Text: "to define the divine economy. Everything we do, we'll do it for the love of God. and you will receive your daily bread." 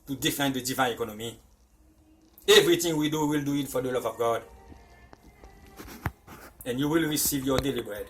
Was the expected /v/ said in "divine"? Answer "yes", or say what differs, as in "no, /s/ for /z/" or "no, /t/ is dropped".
yes